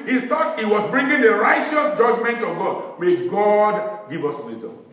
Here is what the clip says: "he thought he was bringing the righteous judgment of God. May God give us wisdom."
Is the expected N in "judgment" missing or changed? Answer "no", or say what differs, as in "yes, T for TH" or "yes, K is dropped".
no